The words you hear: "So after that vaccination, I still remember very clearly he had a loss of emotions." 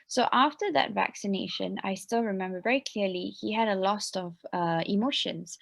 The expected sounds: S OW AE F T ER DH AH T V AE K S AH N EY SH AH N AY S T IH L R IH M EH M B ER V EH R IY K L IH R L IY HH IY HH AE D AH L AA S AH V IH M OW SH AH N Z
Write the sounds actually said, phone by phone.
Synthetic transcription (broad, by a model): S OW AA F T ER DH AH T V AE K S AH N EY SH AH N AY S T IH L R IH M EH M B ER V EH R IY K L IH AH L IY HH IY HH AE D AH L AA S AH V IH M OW SH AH N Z